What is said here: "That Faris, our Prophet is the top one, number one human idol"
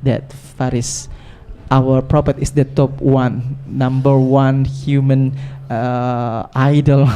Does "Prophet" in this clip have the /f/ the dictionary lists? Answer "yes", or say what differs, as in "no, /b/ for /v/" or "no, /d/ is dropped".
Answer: no, /p/ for /f/